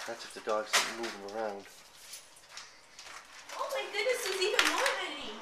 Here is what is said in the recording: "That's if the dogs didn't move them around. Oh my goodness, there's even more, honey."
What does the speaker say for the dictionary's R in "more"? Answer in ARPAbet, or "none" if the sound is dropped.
R